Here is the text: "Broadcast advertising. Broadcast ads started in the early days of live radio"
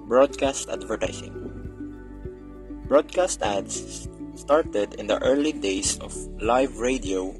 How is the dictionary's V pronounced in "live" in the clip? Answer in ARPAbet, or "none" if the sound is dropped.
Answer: V